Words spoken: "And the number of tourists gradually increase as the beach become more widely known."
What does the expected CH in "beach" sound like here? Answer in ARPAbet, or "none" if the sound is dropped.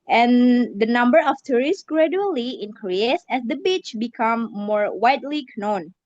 CH